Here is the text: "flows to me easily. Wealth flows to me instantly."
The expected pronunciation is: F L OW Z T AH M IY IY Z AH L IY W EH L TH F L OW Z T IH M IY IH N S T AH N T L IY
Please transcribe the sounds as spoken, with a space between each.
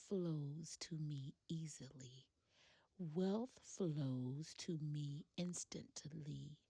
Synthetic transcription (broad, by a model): F L OW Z T AH M IY IY Z AH L IY W EH L TH F L OW Z T IH M IY IH N S T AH N T L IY